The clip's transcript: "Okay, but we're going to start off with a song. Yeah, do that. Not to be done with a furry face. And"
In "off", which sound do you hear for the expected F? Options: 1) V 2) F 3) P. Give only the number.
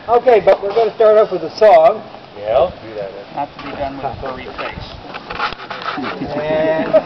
3